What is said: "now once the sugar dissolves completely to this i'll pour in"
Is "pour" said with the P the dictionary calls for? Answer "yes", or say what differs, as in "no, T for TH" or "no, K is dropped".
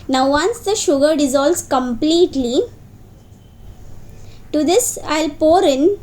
yes